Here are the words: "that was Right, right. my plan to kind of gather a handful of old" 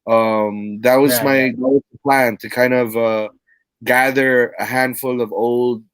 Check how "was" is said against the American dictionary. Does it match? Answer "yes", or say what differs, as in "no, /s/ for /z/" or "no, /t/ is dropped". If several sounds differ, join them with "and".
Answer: yes